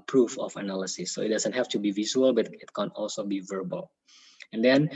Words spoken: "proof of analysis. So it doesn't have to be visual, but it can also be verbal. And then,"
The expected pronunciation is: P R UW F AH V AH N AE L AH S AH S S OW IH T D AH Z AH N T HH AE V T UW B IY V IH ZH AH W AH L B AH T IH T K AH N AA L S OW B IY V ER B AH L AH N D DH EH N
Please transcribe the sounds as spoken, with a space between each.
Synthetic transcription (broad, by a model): P R UW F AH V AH N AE L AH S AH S S OW IH T D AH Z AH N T HH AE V T UW B IY V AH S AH L B AH T IH T K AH N AA L S OW B IY V ER B AH L AH N D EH N